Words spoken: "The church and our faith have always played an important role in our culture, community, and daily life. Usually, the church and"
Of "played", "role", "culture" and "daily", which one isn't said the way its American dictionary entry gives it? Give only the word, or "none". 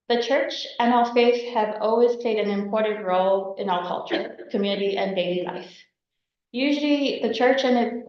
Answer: none